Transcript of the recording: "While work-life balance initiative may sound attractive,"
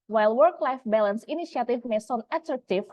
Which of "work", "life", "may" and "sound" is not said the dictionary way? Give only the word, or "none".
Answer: sound